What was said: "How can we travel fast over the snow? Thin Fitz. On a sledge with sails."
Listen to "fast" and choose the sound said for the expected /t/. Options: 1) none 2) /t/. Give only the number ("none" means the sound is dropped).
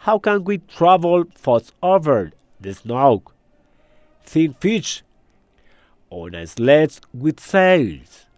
1